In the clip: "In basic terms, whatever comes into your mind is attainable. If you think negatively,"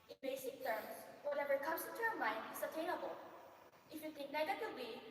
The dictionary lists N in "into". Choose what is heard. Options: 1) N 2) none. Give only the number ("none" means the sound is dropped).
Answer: 2